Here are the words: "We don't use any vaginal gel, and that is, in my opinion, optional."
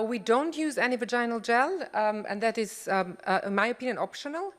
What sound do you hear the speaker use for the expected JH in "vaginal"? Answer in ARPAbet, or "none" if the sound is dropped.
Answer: JH